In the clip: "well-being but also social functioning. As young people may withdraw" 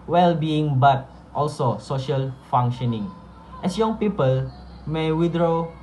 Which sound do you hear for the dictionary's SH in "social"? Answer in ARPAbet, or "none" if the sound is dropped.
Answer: SH